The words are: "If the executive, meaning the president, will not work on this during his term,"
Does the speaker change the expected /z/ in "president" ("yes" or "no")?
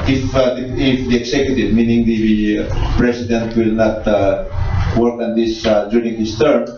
yes